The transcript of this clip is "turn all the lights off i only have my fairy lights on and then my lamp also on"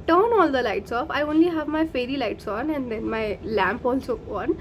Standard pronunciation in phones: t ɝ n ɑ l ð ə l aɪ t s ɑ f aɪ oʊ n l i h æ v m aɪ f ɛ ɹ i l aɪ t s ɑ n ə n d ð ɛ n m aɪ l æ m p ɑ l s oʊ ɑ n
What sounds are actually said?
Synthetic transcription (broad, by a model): t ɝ n ɑ l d ə l aɪ t s ɑ f aɪ oʊ n l i h æ v m aɪ f ɛ ɹ i l aɪ t s ɑ n ə n d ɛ n m aɪ l æ m p ɑ l s oʊ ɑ n